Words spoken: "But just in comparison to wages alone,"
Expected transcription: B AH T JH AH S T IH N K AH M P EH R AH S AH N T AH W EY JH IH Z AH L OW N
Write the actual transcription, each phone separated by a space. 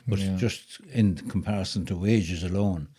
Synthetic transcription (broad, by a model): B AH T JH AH S T IH N K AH M P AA R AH S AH N T AH W EY JH IH Z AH L OW N